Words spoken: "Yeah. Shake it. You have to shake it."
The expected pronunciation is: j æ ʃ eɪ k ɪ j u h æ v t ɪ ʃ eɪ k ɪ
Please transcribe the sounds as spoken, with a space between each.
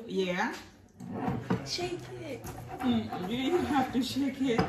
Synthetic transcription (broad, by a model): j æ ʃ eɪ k ɪ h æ f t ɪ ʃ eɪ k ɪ